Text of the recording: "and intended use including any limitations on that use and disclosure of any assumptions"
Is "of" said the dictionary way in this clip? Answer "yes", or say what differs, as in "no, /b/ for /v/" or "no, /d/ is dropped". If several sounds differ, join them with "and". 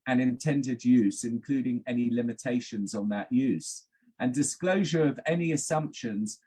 yes